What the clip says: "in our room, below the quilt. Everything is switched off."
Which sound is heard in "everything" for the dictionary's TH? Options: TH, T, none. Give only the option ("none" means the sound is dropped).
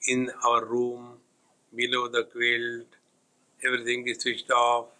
T